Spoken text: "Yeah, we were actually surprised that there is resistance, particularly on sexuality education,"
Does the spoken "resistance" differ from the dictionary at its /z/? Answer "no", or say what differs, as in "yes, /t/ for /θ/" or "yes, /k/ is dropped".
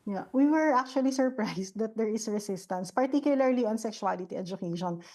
yes, /s/ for /z/